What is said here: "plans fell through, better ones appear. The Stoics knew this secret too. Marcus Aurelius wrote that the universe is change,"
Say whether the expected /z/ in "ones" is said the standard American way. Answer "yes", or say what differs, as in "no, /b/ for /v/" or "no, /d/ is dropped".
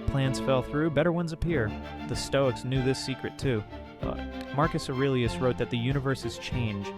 yes